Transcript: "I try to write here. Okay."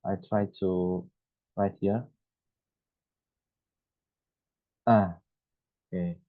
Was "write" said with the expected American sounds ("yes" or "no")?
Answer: yes